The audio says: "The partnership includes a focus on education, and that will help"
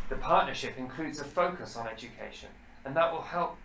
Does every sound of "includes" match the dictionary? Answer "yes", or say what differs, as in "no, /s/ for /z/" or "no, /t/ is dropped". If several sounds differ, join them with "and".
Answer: yes